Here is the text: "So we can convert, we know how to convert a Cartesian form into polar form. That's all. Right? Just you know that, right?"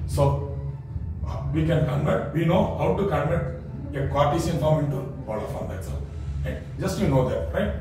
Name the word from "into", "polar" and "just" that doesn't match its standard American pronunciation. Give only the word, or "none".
polar